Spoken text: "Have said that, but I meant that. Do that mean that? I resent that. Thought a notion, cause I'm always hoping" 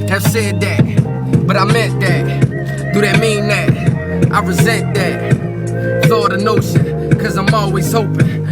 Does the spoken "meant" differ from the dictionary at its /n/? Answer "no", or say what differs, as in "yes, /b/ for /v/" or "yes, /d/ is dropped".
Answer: yes, /n/ is dropped